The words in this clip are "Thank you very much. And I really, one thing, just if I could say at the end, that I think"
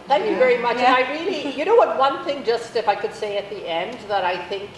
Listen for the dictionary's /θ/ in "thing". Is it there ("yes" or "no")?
yes